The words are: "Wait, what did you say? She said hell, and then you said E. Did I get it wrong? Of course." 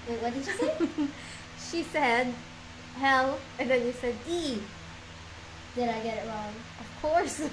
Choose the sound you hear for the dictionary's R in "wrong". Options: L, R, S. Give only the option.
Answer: L